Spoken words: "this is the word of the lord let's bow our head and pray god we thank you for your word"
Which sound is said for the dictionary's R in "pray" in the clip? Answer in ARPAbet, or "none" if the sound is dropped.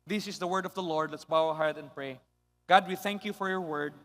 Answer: R